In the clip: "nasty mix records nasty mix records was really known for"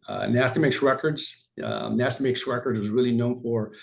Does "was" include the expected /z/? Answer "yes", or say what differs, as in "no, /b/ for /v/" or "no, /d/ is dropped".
yes